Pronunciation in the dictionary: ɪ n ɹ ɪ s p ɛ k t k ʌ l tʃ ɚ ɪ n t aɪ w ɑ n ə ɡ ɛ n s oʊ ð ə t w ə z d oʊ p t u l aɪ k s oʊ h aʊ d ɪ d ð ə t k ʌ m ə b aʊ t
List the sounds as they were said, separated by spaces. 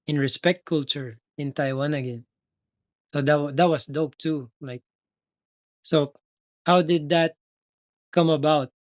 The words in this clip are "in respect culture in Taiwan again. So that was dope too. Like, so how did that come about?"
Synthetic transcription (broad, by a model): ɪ n ɹ ɪ s p ɛ k t k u l tʃ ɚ ɪ n t aɪ w ɑ n ə ɡ ɛ n s oʊ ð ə t w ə s d oʊ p t u l aɪ k s oʊ h aʊ d ɪ d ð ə t k ʌ m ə b aʊ t